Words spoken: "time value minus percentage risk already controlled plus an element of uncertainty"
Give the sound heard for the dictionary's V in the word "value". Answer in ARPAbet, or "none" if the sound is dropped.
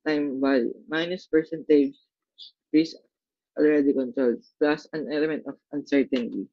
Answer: B